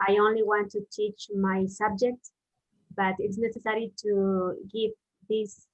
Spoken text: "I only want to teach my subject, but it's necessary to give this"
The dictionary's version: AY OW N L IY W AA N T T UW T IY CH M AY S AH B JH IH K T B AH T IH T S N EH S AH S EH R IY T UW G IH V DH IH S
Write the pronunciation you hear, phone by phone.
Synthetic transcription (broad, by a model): AY OW N L IY W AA N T T UW T IY CH M AY S AH B JH IH K T B AH T IH T S N EH S AH S EH R IY T UW G IH V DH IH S